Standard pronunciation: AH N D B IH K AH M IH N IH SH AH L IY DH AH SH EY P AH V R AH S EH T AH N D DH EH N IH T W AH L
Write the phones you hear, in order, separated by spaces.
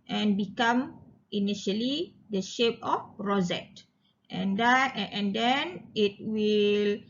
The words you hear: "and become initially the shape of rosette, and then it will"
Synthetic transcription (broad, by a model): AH N B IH K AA M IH N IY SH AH L IY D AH SH EY P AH F R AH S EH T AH N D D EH N IH T W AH L